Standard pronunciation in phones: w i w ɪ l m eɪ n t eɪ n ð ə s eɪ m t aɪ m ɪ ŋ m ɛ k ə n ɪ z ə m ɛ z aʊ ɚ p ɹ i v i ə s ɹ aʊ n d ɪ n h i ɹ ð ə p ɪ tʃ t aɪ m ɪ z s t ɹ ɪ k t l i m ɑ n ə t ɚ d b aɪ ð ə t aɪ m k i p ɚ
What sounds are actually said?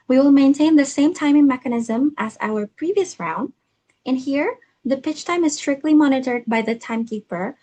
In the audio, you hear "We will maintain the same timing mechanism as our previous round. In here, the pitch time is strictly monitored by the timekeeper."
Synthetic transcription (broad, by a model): w i w ɪ l m eɪ n t eɪ n ð ə s eɪ m t aɪ m ɪ ŋ m ɛ k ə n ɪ z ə m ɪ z aʊ ɚ p ɹ i v i ə s ɹ aʊ n d ɪ n h i ɹ ð ə p ɪ tʃ t aɪ m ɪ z s t ɹ ɪ k t l i m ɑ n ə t ɚ d b aɪ ð ə t aɪ m k i p ɚ